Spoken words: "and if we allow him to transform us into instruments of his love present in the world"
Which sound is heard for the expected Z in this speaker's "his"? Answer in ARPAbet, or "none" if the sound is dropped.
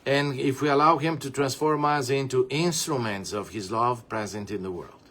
Z